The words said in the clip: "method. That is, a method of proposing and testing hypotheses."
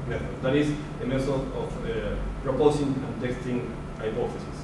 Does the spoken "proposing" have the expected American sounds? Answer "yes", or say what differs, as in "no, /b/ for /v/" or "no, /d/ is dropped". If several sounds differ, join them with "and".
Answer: no, /s/ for /z/